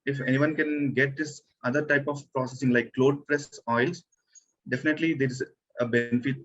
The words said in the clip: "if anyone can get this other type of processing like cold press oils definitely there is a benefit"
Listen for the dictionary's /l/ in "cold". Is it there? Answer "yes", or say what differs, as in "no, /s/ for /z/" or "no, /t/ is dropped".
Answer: no, /l/ is dropped